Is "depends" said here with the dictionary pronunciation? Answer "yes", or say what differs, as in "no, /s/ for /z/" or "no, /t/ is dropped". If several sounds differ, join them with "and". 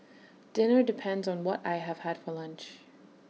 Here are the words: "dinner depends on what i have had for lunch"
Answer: yes